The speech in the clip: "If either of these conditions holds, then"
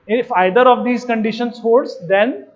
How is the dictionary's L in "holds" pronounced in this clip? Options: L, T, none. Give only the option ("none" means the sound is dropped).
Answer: none